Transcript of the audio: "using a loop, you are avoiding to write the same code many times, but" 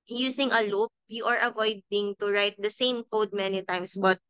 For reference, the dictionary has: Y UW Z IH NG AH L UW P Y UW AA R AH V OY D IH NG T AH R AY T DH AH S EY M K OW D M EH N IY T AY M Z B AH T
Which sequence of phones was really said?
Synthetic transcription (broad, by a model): Y UW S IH NG AH L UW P Y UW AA R AH V OY D IH NG T AH R AY T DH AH S EY M K OW D M EH N IY T AY M S B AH T